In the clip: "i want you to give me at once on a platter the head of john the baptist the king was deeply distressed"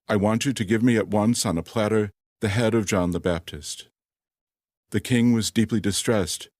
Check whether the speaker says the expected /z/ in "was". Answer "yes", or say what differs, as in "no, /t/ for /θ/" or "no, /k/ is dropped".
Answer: yes